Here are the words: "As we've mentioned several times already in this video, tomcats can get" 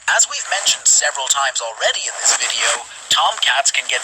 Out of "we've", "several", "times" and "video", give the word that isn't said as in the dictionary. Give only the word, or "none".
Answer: none